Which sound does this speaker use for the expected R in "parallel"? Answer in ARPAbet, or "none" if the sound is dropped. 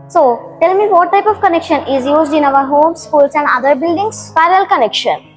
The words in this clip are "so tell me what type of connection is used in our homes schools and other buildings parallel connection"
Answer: none